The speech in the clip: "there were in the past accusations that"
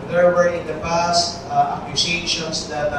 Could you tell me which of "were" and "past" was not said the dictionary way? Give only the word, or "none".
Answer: none